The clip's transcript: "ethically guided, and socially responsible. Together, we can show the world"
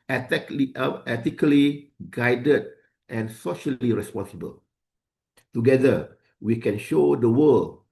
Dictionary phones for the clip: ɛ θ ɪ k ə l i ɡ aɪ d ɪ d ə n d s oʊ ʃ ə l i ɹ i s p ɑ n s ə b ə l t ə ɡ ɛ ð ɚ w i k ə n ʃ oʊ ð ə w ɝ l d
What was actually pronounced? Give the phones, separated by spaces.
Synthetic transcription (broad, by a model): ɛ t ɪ k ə l i ɡ aɪ d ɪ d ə n s oʊ ʃ ə l i ɹ i s p ɑ n s ə b ə l t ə ɡ ɛ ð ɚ w i k ə n ʃ oʊ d ə w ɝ l